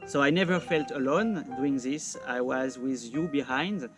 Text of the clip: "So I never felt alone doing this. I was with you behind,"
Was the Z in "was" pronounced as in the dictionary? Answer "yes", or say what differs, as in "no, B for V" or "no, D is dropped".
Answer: yes